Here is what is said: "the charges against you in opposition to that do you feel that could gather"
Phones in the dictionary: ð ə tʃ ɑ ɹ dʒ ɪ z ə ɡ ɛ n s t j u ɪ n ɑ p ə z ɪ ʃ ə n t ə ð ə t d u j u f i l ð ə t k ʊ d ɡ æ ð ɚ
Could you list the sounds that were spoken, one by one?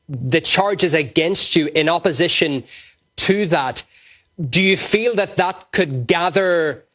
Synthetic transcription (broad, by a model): ð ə tʃ ɑ ɹ dʒ ɪ z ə ɡ ɛ n s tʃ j ɪ n ɑ p ə z ɪ ʃ ə n t ə ð ə t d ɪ j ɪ f i l ð ə t k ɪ d ɡ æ ð ɚ